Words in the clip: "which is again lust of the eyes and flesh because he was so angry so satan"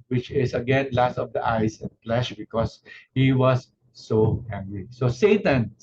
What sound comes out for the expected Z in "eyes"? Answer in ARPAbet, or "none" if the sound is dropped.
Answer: S